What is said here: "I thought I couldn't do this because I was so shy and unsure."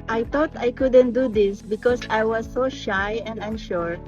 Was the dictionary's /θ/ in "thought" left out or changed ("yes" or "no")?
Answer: yes